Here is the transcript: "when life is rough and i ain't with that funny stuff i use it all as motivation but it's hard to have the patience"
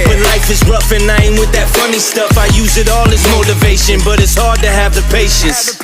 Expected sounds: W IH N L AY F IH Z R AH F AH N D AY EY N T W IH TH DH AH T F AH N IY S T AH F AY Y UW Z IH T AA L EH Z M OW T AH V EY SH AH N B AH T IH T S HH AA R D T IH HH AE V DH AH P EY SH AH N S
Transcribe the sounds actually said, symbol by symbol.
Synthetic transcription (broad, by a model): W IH N L AY F IH Z R AH F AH N AY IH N W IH DH AH T F AH N IY S T AH F AY Y UW Z IH T AA L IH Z M OW T AH V EY SH AH N B AH T IH T S HH AA R D T IH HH V DH AH P EY SH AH N S